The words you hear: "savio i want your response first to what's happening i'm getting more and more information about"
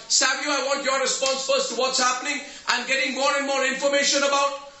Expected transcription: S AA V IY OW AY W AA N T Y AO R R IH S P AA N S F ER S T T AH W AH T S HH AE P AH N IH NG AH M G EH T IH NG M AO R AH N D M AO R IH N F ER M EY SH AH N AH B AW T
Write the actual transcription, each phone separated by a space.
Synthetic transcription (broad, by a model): S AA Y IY AY W AA N T Y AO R R IH S P AA N S F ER S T T AH W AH T S HH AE P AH N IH NG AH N G EH T IH NG M AO R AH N M AO R IH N F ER M EY SH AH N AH B AW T